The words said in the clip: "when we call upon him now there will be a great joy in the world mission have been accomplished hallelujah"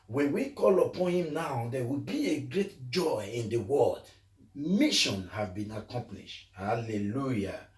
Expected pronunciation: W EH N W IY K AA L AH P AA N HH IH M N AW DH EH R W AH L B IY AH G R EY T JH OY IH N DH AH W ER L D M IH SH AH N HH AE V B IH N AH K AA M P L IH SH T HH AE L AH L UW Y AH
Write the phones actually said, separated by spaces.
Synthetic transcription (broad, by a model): W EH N W IY K AA L AH P AA N HH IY M N AW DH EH W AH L B IY AH G R EY T JH OY IH N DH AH W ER L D M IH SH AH N HH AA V B IH N AH K AA M P L IH SH T HH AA L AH L UW Y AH